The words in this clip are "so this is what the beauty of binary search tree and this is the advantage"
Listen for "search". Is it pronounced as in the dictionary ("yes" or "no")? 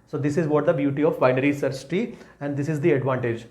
no